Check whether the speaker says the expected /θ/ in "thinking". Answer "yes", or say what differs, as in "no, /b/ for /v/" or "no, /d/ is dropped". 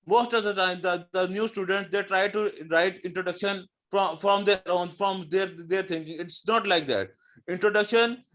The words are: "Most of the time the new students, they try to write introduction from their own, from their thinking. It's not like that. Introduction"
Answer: no, /t/ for /θ/